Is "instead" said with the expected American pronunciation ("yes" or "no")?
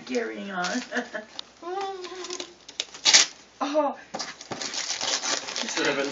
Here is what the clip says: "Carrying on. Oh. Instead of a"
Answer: no